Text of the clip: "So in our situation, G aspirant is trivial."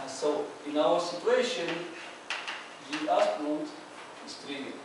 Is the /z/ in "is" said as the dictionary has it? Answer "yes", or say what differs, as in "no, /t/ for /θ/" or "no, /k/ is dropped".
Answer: no, /s/ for /z/